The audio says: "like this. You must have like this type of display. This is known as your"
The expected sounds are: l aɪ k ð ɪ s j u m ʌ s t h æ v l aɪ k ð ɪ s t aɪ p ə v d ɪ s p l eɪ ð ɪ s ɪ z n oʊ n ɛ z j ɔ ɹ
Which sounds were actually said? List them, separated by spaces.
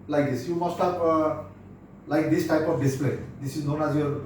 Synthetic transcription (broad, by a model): l aɪ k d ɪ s j u m ʌ s t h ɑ p l aɪ k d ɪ s t aɪ p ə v d ɪ s p l eɪ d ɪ s ɪ z n oʊ n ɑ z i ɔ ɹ